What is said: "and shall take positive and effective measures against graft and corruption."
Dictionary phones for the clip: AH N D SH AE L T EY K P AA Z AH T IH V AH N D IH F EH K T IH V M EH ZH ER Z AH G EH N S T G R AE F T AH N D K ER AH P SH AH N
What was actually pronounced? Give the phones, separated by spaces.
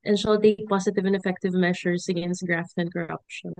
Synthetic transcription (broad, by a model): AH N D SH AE L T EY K P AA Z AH T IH V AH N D IH F EH K T IH V M EH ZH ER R AH G EH N S T G R AE F T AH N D K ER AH P SH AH N